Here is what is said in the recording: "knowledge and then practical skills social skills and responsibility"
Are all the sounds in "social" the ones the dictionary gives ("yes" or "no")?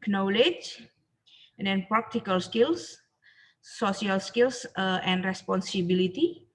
no